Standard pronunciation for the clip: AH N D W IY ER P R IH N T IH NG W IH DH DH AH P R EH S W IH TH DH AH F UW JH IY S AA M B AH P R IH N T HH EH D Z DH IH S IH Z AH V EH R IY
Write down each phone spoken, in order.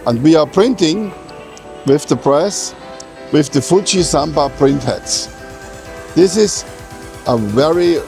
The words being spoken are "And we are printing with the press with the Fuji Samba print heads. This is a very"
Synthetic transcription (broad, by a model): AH N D W IY ER P R IH N T IH NG W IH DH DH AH P R EH S W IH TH DH AH F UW CH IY S AA M B AH P R IH N T HH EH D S DH IH S IH Z AH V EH R IY